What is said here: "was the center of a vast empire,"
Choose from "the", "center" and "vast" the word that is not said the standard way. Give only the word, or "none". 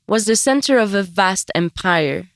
none